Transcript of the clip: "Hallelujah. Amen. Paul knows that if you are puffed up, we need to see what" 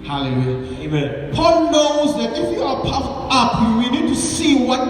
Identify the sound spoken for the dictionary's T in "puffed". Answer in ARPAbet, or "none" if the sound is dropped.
none